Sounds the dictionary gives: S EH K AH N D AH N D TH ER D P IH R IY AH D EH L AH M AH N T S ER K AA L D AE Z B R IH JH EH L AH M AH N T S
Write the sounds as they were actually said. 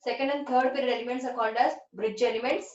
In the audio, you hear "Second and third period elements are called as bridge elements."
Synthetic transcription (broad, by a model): S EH K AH N D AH N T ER D P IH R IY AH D EH L AH M AH N T S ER K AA N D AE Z B R IH JH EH L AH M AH N T S